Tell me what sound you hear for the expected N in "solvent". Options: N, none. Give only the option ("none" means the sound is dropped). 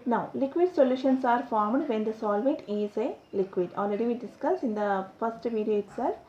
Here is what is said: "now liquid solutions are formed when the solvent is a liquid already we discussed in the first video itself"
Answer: none